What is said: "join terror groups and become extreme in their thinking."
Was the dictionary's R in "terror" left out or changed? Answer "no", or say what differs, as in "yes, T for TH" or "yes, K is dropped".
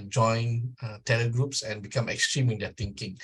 yes, L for R